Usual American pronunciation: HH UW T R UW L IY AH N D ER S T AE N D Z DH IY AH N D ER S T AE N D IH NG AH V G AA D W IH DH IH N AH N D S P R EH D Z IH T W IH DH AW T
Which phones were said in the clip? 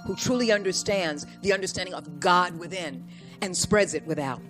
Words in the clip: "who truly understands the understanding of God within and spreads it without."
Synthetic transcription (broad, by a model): HH UW T R UW L IY AH N D ER S T AE N D Z DH IY AH N D ER S T AE N D IH NG AH V G AA D W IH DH IH N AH N S P R EH D Z IH T W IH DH AW T